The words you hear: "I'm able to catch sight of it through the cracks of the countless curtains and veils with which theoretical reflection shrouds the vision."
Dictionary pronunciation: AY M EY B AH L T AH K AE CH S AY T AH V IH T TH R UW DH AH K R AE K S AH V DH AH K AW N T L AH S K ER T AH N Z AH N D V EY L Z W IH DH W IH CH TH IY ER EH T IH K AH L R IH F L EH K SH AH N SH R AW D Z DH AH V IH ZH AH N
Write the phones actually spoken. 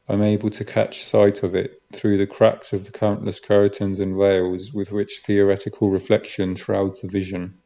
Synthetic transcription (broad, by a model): AY M EY B AH L T AH K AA CH S AY T AH V IH T TH R UW DH AH K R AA K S AH V DH AH K AW N T L AH S K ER T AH N Z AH N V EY L Z W IH DH W IH CH TH IY ER EH T IH K AH L R IH F L EH K SH AH N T R AW D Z DH AH V IH ZH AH N